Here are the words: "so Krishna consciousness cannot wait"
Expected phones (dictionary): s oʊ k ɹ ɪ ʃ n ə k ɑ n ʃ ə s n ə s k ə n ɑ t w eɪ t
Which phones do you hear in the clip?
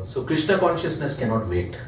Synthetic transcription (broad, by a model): s oʊ k ɹ ɪ ʃ n ə k ɑ n ʃ ə s n ə s k ə n ɑ t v eɪ t